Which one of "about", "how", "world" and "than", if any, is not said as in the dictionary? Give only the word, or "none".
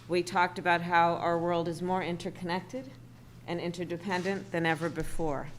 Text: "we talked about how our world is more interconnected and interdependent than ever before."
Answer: none